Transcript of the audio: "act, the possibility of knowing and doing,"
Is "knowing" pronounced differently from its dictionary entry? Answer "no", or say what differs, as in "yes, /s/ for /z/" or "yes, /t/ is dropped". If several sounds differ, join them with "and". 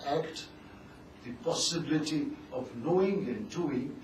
no